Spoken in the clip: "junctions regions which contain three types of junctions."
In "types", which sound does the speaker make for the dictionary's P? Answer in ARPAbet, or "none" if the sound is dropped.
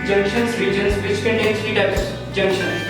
none